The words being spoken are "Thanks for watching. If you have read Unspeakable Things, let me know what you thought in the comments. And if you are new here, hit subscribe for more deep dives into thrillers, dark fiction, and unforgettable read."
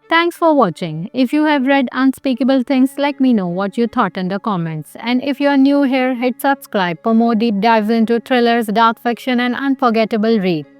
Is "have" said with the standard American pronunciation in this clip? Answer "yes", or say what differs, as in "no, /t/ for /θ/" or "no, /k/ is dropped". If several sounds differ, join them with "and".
yes